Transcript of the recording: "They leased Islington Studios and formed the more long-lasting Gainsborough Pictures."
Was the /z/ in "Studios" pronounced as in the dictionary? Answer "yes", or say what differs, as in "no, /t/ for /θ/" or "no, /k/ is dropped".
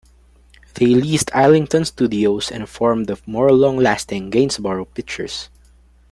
no, /s/ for /z/